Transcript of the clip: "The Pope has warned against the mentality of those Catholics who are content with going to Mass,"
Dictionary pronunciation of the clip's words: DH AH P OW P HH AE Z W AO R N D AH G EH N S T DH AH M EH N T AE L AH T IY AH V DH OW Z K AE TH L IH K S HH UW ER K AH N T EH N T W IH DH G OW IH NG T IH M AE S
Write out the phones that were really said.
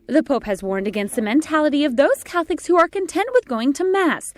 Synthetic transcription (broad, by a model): DH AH P OW P HH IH Z W AO R N D AH G EH N S T DH AH M EH N T AE L AH T IY AH V DH OW Z K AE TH IH K S HH UW ER K AH N T EH N T W IH DH G OW IH NG T IH M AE S